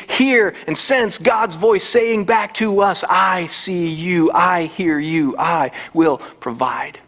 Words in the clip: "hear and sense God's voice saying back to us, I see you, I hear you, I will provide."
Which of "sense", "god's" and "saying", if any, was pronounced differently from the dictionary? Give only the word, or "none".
none